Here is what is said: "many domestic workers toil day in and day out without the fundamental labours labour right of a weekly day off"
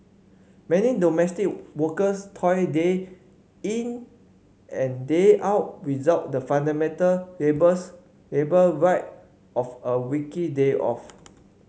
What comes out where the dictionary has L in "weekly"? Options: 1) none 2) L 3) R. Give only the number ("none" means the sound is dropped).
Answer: 1